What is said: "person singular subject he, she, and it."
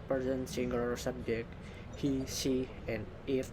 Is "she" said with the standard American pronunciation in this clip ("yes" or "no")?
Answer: no